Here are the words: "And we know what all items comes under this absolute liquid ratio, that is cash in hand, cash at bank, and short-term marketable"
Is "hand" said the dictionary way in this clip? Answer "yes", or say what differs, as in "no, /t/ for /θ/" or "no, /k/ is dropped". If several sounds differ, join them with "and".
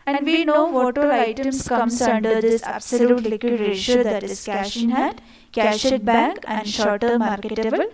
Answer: no, /n/ is dropped